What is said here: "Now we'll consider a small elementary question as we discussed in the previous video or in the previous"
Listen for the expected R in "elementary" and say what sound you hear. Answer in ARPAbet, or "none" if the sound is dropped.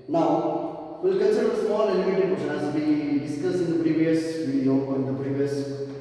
none